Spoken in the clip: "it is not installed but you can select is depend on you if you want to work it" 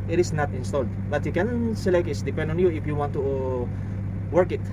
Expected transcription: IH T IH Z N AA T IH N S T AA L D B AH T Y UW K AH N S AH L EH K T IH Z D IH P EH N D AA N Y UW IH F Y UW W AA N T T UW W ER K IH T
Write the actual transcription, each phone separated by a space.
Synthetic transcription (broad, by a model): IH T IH S N AA T IH N S T AA L D B AH T Y UW K AH N S AH L EH K T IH S D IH P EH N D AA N Y UW IH F Y UW W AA N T T UW W ER K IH T